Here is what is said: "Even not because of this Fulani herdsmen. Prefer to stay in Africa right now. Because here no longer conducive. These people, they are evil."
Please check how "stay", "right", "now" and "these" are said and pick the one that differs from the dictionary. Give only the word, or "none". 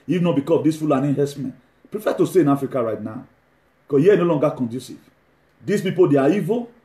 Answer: these